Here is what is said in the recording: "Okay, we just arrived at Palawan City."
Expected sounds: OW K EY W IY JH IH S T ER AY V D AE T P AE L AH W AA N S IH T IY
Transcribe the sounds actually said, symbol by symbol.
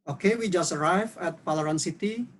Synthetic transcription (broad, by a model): OW K EY W IY JH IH S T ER AY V EH T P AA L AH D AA N S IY T IY